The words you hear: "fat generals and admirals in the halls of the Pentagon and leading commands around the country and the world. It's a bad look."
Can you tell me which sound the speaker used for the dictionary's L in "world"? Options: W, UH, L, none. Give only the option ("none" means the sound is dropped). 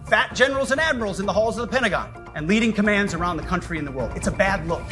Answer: L